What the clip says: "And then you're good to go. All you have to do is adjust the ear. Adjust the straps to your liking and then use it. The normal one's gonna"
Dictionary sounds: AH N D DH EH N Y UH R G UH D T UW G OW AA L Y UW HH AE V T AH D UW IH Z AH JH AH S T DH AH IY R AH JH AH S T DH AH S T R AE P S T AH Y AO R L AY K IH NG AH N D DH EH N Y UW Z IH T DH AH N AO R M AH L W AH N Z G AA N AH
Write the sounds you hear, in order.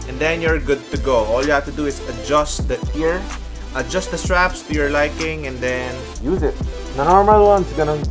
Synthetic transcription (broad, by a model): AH N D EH N Y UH R G UH D T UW G OW AA L Y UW HH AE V T AH D UW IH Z AH JH AH S T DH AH IY R AH JH AH S T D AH S T R AE P S T AH Y AO R L AY K IH NG AH N D EH N Y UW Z IH T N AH N AO R M AH L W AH N S G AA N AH